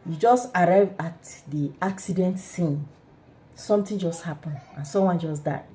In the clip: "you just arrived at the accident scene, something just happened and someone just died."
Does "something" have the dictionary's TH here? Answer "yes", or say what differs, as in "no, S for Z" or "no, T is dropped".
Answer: no, T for TH